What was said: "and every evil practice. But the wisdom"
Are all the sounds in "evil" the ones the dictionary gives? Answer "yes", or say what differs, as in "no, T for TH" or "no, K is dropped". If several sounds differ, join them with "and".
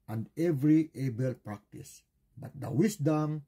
no, B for V